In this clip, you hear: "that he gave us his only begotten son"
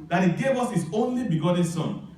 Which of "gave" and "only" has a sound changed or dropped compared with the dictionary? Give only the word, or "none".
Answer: none